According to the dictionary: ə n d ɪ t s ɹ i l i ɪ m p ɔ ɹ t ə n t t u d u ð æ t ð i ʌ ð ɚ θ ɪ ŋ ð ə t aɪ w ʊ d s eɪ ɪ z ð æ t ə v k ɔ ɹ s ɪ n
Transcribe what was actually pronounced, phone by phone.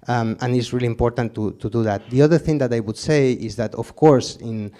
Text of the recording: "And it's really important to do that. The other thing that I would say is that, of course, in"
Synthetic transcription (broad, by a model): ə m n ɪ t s ɹ i l i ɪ m p ɔ ɹ t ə n t t u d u ð æ t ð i ʌ ð ɚ θ ɪ ŋ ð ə t aɪ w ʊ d s eɪ ɪ z ð æ t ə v k ɔ ɹ s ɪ n